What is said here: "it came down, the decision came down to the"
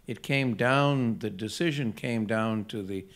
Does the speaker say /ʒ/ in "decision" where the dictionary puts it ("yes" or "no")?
yes